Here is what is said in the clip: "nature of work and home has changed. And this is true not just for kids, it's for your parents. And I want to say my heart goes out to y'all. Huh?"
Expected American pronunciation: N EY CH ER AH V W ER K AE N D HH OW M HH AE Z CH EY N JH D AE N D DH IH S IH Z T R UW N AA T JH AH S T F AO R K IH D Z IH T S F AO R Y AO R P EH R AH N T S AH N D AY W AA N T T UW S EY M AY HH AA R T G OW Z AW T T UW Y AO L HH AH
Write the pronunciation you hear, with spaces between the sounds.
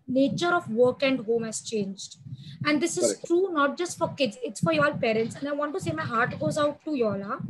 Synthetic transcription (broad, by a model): N EY CH ER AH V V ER K AE N D HH OW M HH AE Z CH EY N JH D AE N D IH S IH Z T R UW N AA T JH AH S T F AO R K IH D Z IH T S F AO R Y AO L P EH R AH N T S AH N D AY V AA N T T UW S EY M AY HH AA R T G OW Z AW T T UW Y AO L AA